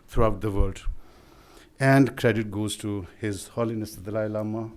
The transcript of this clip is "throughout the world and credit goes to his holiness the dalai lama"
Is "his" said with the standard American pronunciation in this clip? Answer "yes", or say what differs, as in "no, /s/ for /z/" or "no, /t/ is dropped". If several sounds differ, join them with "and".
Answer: yes